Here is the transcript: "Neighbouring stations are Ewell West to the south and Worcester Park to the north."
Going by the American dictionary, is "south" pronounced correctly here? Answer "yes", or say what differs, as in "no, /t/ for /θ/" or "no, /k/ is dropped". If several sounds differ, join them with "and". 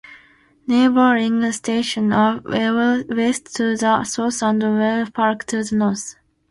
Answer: no, /s/ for /θ/